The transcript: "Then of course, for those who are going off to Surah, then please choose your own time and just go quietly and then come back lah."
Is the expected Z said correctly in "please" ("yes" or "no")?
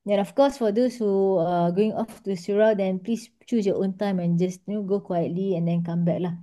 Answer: no